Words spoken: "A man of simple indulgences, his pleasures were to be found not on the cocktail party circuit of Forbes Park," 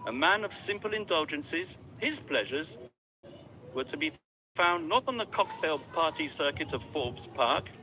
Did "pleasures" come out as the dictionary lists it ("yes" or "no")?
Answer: yes